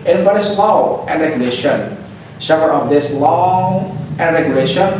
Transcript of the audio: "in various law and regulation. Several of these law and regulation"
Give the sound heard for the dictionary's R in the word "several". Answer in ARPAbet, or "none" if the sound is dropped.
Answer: none